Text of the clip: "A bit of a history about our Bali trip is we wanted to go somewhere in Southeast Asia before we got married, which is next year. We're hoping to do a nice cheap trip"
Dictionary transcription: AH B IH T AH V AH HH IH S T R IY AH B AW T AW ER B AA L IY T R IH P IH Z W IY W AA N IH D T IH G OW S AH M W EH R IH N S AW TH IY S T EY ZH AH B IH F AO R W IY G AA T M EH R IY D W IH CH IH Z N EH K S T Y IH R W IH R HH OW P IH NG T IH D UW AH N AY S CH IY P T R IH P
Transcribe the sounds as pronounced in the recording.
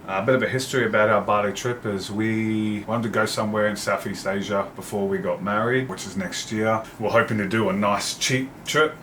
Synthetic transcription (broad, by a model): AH B IH T AH V AH HH IH S T R IY AH B AW T AW ER B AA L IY T R IH P IH Z W IY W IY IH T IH G OW S AH M W EH R IH N S AW TH IY S T EY ZH AH B IH F AO R W IY G AA T M EH R IY D W IH CH IH Z N EH K S T Y IH R W IH R HH OW P IH NG T IH D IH AH N AY S CH IY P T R IH P